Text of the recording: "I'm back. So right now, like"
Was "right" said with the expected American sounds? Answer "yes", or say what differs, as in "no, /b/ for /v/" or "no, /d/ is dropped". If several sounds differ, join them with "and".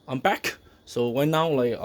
no, /w/ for /ɹ/